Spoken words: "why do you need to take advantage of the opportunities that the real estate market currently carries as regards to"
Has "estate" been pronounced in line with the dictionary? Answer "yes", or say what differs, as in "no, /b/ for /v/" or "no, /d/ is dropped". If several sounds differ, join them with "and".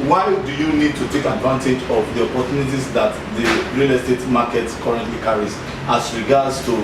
yes